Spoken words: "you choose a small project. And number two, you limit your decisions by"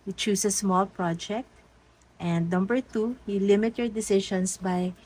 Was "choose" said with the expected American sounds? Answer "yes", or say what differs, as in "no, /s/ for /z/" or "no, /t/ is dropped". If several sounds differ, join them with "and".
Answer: no, /s/ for /z/